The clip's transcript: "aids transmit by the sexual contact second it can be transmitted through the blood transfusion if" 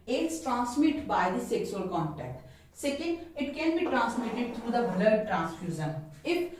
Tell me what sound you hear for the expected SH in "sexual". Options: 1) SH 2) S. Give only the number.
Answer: 2